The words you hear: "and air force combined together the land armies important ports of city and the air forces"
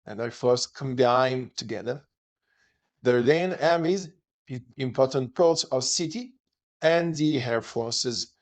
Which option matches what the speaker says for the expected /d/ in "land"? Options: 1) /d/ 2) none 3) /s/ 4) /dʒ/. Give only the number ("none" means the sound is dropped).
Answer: 2